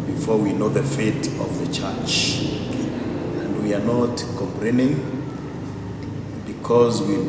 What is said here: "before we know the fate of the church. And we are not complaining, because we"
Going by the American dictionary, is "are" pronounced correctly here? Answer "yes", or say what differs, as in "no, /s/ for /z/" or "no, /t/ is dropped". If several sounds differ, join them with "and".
yes